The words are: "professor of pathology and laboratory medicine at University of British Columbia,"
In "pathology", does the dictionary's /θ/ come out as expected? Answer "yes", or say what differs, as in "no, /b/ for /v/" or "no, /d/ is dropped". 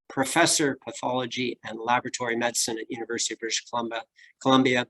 yes